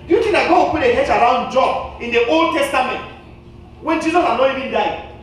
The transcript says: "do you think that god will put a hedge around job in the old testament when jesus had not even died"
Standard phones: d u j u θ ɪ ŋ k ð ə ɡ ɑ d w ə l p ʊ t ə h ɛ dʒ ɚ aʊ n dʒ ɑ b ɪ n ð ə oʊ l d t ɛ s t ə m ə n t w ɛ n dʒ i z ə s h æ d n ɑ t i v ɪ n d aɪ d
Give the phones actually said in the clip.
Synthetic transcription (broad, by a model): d j u t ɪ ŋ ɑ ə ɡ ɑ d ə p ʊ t ə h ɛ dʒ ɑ aʊ n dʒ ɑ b ɪ n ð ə oʊ l d t ɛ s t ə m ə n t w ɛ n dʒ i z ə s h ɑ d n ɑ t i v ɪ n d aɪ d